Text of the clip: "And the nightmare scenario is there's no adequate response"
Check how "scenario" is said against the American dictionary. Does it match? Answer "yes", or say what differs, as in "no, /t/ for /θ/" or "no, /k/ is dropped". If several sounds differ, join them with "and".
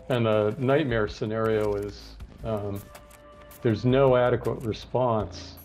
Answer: yes